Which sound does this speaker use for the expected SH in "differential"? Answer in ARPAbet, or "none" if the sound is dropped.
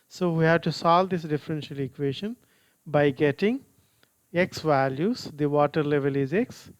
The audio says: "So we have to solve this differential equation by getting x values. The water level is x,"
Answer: SH